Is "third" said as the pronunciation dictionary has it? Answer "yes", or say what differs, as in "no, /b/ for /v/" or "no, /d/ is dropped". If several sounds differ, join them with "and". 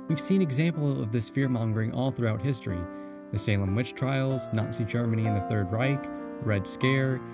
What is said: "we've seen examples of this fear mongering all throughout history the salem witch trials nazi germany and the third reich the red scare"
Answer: yes